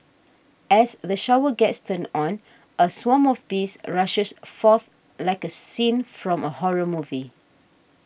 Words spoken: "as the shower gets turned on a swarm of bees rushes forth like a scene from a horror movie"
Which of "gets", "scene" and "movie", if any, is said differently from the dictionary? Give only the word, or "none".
none